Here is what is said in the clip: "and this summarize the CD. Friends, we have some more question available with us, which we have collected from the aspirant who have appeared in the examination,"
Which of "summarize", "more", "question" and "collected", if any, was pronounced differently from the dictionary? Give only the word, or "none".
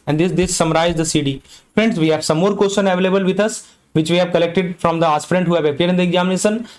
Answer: question